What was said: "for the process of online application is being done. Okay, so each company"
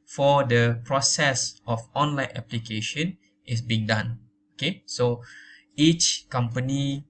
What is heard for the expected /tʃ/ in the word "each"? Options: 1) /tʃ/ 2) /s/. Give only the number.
1